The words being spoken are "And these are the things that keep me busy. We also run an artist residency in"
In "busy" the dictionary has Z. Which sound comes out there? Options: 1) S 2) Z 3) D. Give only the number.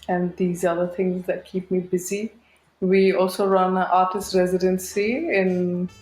2